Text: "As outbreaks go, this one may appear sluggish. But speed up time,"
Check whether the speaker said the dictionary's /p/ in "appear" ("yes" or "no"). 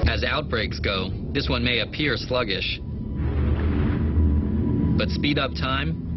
yes